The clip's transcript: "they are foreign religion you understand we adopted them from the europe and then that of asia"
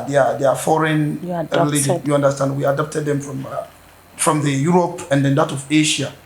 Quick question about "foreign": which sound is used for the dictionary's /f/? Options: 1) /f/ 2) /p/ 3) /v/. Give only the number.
1